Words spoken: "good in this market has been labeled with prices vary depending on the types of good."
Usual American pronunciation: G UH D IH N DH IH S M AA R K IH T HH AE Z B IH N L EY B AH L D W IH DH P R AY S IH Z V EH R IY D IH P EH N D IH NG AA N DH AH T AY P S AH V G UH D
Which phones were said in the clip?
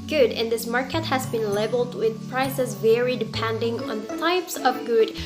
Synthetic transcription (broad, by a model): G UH D IH N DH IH S M AA R K IH T HH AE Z B IH N L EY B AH L D W IH DH P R AY S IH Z V EH R IY D IH P EH N D IH NG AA N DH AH T AY P S AH V G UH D